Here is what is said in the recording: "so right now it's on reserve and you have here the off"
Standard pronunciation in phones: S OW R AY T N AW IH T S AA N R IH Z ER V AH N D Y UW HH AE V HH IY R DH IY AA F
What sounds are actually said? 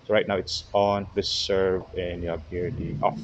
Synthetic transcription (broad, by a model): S OW R AY T N AW IH T S AA N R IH S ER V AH N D Y UW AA B HH IY R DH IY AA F